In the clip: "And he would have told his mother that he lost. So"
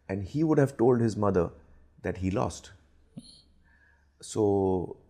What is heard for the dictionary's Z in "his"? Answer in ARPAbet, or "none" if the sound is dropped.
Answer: Z